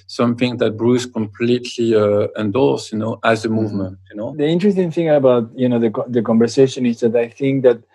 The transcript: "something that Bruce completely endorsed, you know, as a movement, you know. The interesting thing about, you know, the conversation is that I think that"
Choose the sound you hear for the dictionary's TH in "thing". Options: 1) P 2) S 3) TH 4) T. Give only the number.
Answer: 3